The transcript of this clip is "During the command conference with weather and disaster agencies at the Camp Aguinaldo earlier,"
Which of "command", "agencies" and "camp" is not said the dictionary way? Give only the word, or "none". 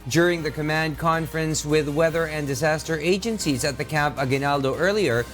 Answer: none